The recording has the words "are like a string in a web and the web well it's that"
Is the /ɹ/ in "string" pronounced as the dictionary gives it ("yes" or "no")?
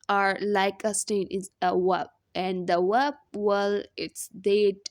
no